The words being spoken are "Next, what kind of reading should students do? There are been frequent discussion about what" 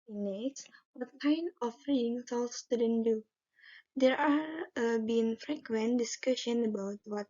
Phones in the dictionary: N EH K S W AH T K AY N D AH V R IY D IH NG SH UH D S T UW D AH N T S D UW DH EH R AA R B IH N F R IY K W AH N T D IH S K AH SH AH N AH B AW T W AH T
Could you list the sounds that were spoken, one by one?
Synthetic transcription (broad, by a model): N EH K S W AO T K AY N AH F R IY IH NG S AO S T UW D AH N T D UW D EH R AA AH B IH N F R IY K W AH N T D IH S K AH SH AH N AH B AW T W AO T